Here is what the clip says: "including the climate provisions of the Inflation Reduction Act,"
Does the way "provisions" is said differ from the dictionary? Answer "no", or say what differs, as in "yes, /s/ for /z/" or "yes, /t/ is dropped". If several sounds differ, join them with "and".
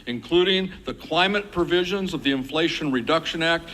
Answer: no